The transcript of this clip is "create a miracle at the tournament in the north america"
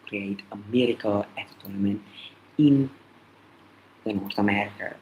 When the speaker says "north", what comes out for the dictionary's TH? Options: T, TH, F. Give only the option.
T